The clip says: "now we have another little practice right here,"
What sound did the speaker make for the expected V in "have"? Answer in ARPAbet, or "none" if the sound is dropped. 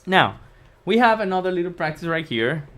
V